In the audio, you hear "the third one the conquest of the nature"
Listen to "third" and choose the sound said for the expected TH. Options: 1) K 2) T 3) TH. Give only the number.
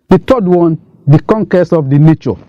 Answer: 2